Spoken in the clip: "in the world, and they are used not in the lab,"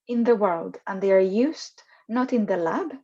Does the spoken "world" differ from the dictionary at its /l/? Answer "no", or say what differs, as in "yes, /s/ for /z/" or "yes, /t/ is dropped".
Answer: no